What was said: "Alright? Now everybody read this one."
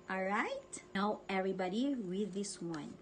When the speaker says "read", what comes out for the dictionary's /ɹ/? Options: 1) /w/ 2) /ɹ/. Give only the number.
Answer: 1